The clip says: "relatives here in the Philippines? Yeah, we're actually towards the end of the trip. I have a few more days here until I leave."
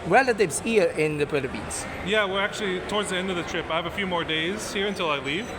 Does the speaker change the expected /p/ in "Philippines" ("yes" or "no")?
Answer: yes